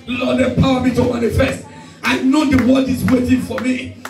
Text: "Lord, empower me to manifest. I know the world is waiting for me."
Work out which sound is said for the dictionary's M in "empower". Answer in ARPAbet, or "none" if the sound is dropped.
none